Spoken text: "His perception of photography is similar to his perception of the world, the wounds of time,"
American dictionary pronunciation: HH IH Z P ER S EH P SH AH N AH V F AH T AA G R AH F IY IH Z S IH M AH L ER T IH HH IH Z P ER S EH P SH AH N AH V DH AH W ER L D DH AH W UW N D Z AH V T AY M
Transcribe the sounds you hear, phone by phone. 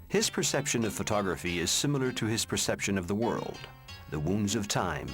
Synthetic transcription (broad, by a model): HH IH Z P ER S EH P SH AH N AH V F AH T AA G R AH F IY IH Z S IH M L ER T IH IH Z P ER S EH P SH AH N AH V DH AH W ER L D DH AH W UW N D Z AH V T AY M